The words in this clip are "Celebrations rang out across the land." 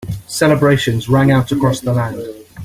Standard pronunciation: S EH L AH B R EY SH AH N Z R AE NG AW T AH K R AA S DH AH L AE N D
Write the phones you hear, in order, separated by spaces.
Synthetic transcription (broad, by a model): S EH L AH B R EY SH AH N Z R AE NG AW T AH K R AA S DH AH L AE N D